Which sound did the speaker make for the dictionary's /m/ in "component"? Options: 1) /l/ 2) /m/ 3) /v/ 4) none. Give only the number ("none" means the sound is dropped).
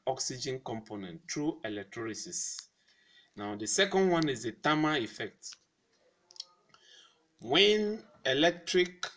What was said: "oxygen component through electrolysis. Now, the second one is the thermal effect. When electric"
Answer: 2